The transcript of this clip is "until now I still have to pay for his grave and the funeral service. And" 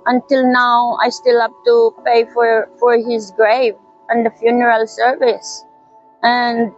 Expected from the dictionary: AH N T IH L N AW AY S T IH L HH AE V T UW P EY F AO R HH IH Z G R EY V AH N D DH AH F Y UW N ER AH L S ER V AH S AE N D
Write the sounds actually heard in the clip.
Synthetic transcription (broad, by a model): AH N T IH L N AW AY S T IH L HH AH P T UW P EY F AO R HH IH Z G R EY V AH N D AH F Y UW N ER AH L S ER V AH S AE N D